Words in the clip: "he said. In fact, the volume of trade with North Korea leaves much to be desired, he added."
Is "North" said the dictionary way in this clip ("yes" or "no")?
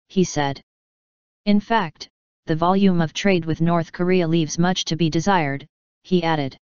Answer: yes